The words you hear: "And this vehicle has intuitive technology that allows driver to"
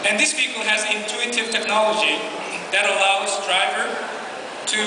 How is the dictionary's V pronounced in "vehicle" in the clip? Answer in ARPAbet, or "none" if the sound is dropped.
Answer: P